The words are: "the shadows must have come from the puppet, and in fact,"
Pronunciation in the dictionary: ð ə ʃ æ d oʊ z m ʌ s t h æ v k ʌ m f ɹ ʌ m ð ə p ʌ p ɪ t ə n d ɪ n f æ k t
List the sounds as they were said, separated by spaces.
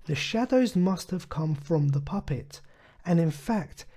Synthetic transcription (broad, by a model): ð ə ʃ æ d oʊ z m ʌ s t h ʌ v k ʌ m f ɹ ʌ m ð ə p ʌ p ɪ t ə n ɪ n f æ k t